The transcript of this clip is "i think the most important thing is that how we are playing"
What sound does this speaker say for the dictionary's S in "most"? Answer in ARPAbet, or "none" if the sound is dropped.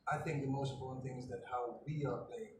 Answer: none